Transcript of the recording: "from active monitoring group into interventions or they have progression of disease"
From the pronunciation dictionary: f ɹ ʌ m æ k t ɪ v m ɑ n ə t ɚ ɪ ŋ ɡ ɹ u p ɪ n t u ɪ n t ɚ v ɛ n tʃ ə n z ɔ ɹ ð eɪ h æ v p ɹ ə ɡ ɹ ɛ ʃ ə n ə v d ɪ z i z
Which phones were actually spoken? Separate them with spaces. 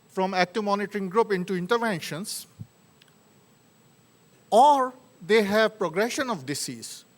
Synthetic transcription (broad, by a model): f ɹ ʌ m æ k t ɪ v m ɑ n ə t ɚ ɪ ŋ ɡ ɹ u p ɪ n t u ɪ n t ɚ v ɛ n ʃ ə n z ɔ ɹ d eɪ h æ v p ɹ ə ɡ ɹ ɛ ʃ ə n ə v d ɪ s i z